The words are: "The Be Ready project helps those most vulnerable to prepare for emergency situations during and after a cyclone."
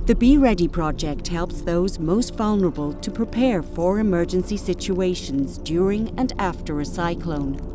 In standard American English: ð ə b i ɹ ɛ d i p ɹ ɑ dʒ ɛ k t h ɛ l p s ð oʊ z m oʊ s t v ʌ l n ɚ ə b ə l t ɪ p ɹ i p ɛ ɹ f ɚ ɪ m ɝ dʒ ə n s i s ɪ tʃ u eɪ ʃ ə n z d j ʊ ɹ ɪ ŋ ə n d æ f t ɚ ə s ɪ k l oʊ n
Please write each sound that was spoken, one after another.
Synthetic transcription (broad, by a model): ð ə b i ɹ ɛ d i p ɹ ɑ dʒ ɛ k t h ɛ l p s ð oʊ z m oʊ s t v ʌ l n ɚ ə b ə l t ɪ p ɹ i p ɛ ɹ f ɚ ɪ m ɝ dʒ ə n s i s ɪ tʃ u eɪ ʃ ə n z d j ʊ ɹ ɪ ŋ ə n æ f t ɚ ə s ɪ k l oʊ n